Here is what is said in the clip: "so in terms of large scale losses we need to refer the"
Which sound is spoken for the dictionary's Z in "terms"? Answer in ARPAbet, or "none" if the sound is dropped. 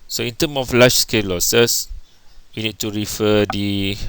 none